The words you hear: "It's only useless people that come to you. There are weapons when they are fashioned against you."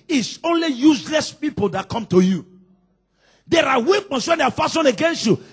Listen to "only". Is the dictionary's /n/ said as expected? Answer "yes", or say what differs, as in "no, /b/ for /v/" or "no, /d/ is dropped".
yes